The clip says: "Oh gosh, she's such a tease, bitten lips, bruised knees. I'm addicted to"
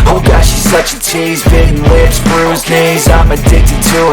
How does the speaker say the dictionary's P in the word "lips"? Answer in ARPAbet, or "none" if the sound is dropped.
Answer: none